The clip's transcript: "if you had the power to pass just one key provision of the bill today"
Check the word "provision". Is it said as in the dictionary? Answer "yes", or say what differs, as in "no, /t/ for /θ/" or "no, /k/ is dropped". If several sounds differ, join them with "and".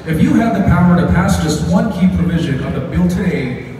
yes